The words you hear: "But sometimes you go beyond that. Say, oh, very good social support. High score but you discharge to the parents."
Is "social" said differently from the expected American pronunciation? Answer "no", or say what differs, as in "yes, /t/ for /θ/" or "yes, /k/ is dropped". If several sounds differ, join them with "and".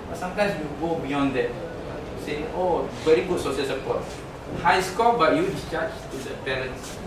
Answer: yes, /s/ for /ʃ/